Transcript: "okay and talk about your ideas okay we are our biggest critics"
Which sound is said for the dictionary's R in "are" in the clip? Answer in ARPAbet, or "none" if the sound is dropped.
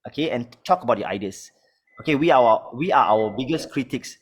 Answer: W